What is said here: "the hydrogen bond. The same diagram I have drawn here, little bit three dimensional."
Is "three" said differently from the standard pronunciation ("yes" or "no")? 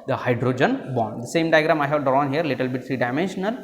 yes